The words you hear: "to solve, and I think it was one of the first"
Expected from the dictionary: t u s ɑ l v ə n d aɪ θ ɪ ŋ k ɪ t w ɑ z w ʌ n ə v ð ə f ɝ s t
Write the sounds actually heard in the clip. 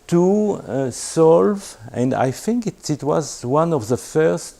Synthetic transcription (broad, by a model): t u s ɑ l v ə n d aɪ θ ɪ ŋ k ɪ t w ɑ z w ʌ n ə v ð ə f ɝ s t